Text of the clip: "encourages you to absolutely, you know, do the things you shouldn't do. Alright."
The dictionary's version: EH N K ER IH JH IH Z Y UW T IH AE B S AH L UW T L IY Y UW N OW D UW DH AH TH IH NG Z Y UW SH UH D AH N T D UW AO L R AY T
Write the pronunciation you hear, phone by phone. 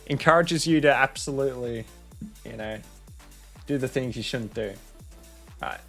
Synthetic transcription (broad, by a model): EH N K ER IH JH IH Z Y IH T IH AE B S AH L UW T L IY Y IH N OW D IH DH AH TH IH NG Z Y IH SH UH D N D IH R AY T